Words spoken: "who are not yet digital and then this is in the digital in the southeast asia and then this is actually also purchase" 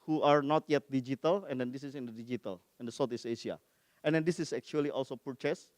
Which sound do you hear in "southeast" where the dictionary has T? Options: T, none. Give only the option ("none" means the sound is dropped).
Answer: none